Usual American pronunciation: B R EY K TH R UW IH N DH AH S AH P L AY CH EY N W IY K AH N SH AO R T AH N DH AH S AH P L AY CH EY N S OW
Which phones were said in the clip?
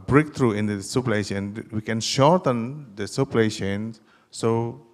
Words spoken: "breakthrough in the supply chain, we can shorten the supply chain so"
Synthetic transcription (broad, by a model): B R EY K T R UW IH N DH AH S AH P L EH SH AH N W IY K AH N SH AO R T AH N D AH S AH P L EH SH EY N S OW